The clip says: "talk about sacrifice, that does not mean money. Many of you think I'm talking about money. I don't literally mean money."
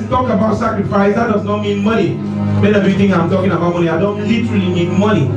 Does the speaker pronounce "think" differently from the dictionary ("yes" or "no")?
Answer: yes